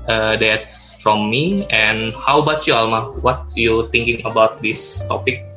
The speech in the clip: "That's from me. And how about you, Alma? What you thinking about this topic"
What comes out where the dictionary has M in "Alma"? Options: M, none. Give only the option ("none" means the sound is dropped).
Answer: M